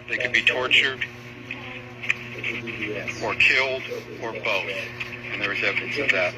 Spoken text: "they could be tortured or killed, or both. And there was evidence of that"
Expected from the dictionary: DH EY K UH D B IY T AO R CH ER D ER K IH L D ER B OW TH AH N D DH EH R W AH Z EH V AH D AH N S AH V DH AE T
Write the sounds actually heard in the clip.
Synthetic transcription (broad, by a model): DH EY K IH D B IY T AO R CH ER D ER K IH L D ER B OW TH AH N DH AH R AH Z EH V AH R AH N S AH V DH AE T